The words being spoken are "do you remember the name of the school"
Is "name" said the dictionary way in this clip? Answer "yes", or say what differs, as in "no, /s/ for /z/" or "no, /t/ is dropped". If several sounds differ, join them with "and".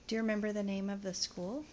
yes